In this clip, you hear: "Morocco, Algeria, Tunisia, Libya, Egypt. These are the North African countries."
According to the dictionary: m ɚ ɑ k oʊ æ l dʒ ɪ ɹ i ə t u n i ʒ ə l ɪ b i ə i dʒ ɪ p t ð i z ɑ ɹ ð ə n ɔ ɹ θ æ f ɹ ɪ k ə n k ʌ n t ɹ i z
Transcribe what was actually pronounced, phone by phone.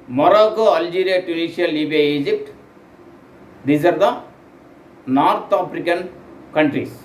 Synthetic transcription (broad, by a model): m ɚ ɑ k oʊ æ l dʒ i ɹ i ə t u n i ʃ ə l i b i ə i dʒ ɪ p t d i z ɑ ɹ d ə n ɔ ɹ t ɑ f ɹ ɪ k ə n k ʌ n t ɹ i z